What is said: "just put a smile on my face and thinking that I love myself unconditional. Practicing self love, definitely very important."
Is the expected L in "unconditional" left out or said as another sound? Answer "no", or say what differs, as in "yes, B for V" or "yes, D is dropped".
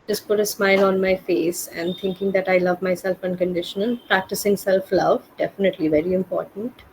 yes, N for L